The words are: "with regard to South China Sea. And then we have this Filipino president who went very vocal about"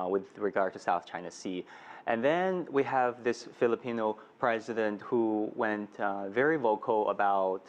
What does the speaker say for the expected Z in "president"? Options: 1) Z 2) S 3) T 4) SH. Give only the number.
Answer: 1